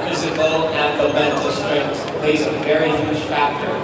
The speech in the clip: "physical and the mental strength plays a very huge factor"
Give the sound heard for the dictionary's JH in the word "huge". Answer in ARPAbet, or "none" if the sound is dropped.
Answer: ZH